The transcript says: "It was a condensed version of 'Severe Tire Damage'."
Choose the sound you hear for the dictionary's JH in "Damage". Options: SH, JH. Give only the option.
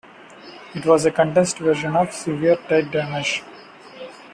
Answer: SH